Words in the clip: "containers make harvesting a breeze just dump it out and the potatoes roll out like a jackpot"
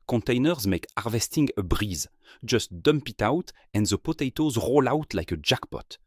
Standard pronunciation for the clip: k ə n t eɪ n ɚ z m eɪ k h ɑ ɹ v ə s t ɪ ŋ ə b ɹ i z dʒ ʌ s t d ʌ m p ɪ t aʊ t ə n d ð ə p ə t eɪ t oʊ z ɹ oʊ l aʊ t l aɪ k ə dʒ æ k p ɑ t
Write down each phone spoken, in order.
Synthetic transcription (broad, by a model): k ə n t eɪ n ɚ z m eɪ k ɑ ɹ v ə s t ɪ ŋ ə b ɹ i z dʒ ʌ s t d ʌ m p ɪ t aʊ t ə n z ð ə p ə t eɪ t oʊ z ɹ oʊ l aʊ t l aɪ k ə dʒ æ k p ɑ t